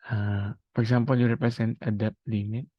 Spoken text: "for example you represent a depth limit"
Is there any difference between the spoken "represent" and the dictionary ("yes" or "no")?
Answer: yes